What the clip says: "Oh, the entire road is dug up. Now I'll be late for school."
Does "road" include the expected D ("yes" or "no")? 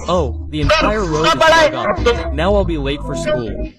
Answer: no